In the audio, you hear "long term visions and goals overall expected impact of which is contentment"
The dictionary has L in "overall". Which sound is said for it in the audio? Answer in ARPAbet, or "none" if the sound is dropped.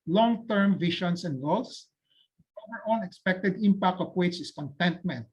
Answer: N